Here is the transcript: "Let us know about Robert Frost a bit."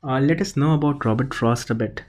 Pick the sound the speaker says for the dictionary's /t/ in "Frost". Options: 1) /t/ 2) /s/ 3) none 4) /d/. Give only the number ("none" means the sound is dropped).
1